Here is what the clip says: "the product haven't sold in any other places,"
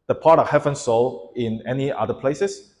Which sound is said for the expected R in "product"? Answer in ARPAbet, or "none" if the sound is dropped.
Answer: none